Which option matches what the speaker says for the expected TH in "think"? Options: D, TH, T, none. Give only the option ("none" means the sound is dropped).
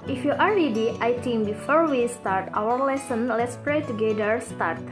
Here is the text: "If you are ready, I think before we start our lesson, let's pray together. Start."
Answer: T